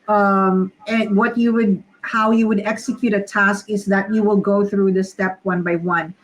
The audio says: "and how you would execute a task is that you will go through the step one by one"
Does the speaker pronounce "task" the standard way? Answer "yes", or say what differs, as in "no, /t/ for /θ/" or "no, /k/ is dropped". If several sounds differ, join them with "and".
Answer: yes